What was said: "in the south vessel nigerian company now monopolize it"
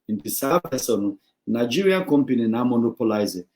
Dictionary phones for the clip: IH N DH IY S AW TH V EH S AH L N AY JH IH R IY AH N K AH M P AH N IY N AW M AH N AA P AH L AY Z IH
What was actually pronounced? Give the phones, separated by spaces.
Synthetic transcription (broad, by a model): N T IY S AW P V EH S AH N N AY JH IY R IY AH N K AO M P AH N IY N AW M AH N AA P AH L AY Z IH